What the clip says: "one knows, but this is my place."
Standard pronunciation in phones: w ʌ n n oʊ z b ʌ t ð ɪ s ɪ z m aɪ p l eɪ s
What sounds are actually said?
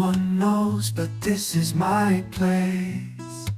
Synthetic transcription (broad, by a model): ʌ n n oʊ z b ʌ t ð ɪ s ɪ z m aɪ p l eɪ s